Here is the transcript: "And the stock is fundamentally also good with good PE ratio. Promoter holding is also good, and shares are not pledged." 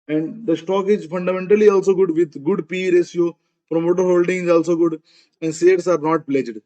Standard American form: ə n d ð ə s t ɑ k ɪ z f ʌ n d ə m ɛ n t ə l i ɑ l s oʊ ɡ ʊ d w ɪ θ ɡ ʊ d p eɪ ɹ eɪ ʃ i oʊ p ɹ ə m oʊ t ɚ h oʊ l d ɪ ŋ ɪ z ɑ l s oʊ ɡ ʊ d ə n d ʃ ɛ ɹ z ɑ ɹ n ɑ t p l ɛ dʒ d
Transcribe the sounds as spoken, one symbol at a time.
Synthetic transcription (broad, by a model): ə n d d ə s t ɑ k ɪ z f ʌ n d ə m ɛ n t ə l i ɑ l s oʊ ɡ ʊ d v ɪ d ɡ ʊ d p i ɹ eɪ s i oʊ p ɹ ə m oʊ t ɚ h oʊ l d ɪ ŋ ɪ z ɑ l s oʊ ɡ ʊ d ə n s ɛ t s ɑ ɹ n ɑ t p l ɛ dʒ d